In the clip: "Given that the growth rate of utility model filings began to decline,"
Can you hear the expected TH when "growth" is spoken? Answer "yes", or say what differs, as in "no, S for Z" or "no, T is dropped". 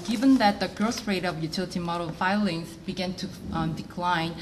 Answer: no, S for TH